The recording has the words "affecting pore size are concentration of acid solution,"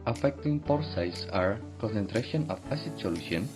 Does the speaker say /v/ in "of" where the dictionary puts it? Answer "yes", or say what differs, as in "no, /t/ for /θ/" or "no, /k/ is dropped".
no, /p/ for /v/